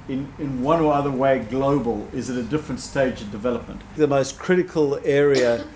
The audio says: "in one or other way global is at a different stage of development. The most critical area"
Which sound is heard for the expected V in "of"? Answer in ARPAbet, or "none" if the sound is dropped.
V